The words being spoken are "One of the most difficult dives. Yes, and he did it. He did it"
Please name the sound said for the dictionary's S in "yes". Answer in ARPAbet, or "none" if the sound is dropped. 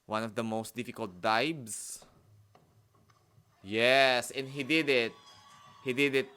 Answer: S